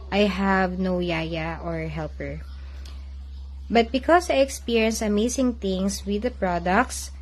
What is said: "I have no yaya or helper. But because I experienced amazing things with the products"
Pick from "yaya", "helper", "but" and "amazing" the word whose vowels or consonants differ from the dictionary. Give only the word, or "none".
amazing